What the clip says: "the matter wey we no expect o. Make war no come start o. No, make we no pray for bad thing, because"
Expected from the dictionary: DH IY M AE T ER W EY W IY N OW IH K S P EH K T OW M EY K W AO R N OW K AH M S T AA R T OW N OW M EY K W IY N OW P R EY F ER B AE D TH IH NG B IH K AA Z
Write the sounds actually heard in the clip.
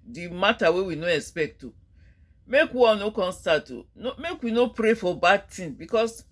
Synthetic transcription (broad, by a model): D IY M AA T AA W EY W IY N OW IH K S P EH K T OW M EY K W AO N OW K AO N S T AA T OW N OW M EY K W IY N OW P R EY F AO B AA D T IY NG B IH K AA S